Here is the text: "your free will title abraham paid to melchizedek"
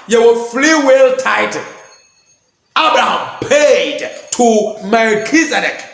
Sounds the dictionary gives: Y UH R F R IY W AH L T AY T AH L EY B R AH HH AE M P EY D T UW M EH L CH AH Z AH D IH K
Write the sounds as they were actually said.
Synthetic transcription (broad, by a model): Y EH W F L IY W AH L T AY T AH B R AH HH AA M P EY D T UW M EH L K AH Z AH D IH K